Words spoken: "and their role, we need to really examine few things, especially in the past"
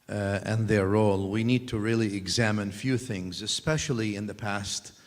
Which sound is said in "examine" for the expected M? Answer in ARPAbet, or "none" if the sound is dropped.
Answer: M